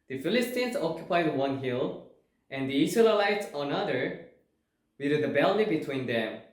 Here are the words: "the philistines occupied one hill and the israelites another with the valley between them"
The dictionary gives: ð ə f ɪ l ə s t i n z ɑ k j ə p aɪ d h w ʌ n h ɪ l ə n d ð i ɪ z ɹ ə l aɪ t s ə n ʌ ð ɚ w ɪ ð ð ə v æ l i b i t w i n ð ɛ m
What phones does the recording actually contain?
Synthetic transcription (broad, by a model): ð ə f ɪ l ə s t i n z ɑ k j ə p aɪ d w w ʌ n h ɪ l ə n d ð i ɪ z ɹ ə l aɪ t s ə n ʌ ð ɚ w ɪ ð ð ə b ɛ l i b i t w i n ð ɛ m